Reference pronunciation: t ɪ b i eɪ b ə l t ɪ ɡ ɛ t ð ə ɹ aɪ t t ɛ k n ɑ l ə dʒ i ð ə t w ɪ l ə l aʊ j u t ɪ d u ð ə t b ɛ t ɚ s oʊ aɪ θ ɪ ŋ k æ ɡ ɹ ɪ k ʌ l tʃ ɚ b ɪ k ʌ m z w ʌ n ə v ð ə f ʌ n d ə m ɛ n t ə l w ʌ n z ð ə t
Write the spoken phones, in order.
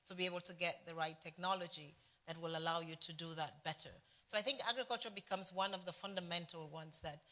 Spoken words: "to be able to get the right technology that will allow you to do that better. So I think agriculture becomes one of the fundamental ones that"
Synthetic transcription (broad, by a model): t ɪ b i eɪ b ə l t ɪ ɡ ɛ t ð ə ɹ aɪ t t ɛ k n ɑ l ə dʒ i ð ə t w ɪ l ə l aʊ j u t ɪ d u ð ə t b ɛ t ɚ s oʊ aɪ θ ɪ ŋ k æ ɡ ɹ ɪ k ʌ l tʃ ɚ b ɪ k ʌ m z w ʌ n ə v ð ə f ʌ n d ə m ɛ n t l w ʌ n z ð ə t